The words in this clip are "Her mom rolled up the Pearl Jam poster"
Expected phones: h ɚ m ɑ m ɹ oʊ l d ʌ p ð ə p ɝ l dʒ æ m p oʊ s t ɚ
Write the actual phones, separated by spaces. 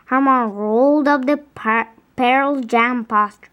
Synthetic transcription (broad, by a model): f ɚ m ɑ ɹ oʊ l d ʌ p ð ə p ɝ l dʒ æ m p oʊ s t